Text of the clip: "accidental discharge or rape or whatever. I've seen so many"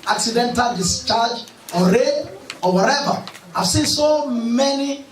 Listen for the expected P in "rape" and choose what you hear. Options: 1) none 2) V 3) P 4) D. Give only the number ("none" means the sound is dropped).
1